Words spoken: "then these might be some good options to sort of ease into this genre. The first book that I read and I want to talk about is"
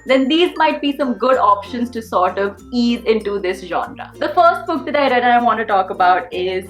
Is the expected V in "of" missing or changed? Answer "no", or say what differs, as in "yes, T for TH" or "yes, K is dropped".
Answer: no